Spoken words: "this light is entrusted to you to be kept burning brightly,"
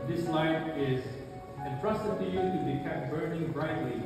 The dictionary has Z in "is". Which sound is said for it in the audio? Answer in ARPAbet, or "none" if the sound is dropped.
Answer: Z